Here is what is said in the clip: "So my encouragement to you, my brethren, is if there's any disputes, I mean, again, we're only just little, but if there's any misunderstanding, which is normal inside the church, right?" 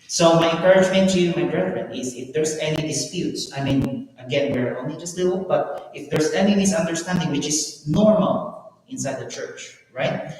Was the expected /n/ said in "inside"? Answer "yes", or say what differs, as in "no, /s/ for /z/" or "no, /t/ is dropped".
yes